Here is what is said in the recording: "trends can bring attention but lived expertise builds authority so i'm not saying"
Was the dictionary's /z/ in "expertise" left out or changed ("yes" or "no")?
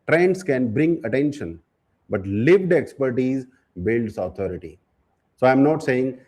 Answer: no